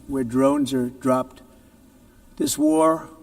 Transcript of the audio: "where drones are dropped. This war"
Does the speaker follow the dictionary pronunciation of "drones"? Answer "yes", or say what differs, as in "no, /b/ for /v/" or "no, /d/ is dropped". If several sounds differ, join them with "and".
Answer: yes